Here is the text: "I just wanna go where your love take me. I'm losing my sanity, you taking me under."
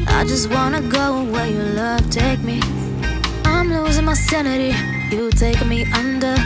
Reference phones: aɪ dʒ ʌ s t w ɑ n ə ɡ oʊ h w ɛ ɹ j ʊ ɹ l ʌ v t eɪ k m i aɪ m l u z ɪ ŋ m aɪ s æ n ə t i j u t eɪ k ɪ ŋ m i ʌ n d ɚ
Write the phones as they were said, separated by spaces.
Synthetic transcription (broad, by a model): aɪ dʒ ʌ s t w ɑ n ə ɡ oʊ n w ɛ j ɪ l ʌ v t eɪ k m i aɪ m l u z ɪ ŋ m aɪ s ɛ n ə t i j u t eɪ ɪ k m i ʌ n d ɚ